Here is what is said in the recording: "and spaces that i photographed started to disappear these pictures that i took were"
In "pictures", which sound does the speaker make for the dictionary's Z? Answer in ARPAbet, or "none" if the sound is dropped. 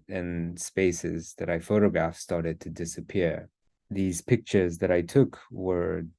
Z